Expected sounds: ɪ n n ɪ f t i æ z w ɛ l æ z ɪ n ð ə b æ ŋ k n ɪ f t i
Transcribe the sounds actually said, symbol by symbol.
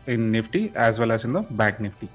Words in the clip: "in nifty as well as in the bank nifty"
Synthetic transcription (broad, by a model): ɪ n n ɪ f t i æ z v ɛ l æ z ɪ n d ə b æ k n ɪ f t i